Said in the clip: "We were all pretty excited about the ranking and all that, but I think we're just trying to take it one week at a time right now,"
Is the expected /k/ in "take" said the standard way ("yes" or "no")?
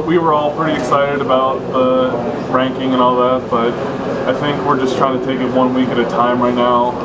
yes